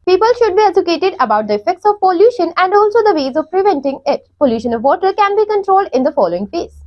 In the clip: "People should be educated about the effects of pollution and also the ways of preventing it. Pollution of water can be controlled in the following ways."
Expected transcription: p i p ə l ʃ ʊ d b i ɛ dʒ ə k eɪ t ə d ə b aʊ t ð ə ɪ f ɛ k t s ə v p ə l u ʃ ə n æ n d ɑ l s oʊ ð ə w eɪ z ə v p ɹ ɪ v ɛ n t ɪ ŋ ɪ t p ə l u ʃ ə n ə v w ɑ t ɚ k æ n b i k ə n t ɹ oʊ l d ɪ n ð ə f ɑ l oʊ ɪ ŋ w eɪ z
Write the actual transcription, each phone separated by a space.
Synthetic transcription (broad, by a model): p i p ə l ʃ ʊ d b i ɛ dʒ ə k eɪ t ə d ə b aʊ t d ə ɪ f ɛ k t s ə v p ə l u ʃ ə n æ n d ɑ l s oʊ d ə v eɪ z ə v p ɹ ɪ v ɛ n t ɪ ŋ ɪ t p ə l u ʃ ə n ə v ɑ t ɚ k æ n b i k ə n t ɹ oʊ l d ɪ n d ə f ɑ l oʊ ɪ ŋ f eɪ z